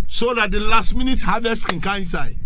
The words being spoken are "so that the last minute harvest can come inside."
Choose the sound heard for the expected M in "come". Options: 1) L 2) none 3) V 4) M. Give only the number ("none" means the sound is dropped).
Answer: 2